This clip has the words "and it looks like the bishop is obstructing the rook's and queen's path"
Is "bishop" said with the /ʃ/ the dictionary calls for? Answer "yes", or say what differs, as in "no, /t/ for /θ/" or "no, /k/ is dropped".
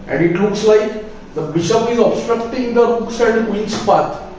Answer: yes